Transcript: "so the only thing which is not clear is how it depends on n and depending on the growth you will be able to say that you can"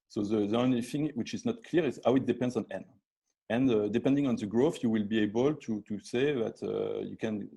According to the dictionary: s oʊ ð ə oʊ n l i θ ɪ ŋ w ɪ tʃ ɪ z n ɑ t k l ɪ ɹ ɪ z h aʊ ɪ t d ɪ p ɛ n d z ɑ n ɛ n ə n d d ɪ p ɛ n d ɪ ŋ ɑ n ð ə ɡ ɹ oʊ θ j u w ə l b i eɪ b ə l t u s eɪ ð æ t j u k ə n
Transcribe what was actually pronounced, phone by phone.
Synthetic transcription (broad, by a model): s oʊ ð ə oʊ n l i θ ɪ ŋ w ɪ tʃ ɪ z n ɑ t k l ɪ ɹ ɪ z h aʊ ɪ t d ɪ p ɛ n d z ɑ n ɛ n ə n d d ɪ p ɛ n d ɪ ŋ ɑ n ð ə ɡ ɹ oʊ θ j u w ə l b i eɪ b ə l t u s eɪ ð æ t j u k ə n